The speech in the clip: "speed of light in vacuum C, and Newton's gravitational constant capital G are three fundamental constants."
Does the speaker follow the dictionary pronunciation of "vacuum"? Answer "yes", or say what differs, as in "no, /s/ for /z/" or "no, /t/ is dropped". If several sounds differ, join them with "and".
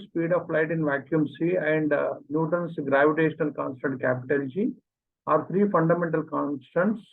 yes